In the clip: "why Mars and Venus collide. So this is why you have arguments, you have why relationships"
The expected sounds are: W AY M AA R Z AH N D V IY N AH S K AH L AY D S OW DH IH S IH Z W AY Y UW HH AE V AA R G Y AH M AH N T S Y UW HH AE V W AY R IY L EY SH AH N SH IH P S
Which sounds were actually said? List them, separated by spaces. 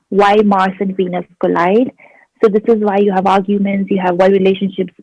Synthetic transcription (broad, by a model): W AY M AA R S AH N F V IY N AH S K AH L AY D S OW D IH S IH Z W AY Y UW HH AE V AA R G Y AH M AH N T S Y UW HH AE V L R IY L EY SH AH N SH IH P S